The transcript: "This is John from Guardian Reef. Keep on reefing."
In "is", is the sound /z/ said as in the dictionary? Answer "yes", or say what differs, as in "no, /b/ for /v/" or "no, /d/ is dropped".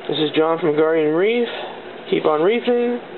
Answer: yes